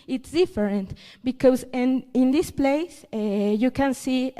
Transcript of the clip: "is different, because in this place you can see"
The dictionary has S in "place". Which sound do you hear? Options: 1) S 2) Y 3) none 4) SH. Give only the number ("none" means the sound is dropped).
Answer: 1